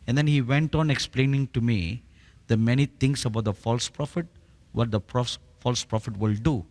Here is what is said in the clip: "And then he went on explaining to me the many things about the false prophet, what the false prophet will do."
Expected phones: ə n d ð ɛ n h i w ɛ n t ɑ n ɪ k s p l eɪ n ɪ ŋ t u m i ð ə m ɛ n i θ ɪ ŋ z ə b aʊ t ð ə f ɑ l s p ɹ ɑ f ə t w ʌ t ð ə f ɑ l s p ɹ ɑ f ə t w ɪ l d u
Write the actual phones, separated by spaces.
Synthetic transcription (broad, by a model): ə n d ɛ n h i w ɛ n t ɑ n ɪ k s p l eɪ n ɪ ŋ t u m i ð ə m ɛ n i t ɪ ŋ s ə b aʊ t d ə f ɑ l s p ɹ ɑ f ə t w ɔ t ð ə f ɑ l s p ɹ ɑ f ə t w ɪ l d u